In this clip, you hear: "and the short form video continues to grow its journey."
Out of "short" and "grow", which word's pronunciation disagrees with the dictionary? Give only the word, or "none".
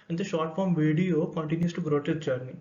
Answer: none